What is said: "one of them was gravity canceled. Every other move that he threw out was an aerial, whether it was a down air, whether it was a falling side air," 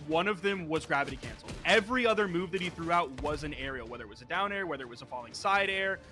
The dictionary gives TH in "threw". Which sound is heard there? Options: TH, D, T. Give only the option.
TH